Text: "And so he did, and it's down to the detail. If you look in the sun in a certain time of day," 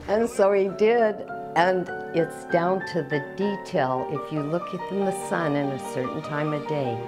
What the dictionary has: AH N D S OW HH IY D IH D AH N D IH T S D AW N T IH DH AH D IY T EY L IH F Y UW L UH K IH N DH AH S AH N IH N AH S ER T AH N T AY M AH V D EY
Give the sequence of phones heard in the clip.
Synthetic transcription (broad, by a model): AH N S OW IY D IH D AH N IH T S D AW N T IH DH AH D IY T EY L IH F Y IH L UH K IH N DH AH S AH N IH N AH S ER T N T AY M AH D EY